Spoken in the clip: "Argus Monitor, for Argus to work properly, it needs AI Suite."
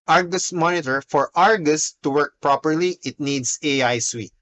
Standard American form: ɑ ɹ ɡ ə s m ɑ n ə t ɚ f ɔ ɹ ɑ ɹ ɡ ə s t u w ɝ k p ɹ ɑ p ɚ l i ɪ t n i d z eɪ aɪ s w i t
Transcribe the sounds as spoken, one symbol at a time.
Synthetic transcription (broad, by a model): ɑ ɹ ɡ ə s m ɑ n ə t ɚ f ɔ ɹ ɑ ɹ ɡ ə s t u w ɝ k p ɹ ɑ p ɚ l i ɪ t n i d s eɪ aɪ s w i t